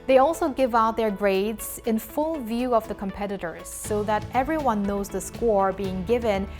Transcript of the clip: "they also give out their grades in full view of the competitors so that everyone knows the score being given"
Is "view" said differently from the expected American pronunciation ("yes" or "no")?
no